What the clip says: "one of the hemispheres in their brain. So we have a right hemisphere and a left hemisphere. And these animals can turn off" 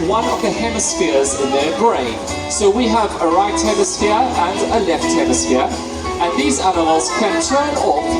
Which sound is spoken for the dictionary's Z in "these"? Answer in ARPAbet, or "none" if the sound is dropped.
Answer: Z